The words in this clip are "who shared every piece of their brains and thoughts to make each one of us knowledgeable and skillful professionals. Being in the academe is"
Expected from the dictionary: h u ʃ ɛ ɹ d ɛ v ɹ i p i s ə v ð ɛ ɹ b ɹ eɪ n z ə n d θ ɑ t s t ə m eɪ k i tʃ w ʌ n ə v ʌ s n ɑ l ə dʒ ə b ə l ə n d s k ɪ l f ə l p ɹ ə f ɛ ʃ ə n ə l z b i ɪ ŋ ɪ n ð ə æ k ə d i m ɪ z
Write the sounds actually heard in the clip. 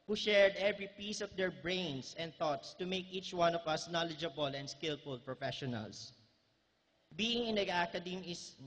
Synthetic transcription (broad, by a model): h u ʃ ɛ ɹ d ɛ v ɹ i p i s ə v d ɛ ɹ b ɹ eɪ n s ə n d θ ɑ t s t ə m eɪ k i tʃ w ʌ n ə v ʌ s n ɑ l ə dʒ ə b ə l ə n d s k ɪ l f ə l p ɹ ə f ɛ ʃ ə n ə l s b i ɪ ŋ ɪ n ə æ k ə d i m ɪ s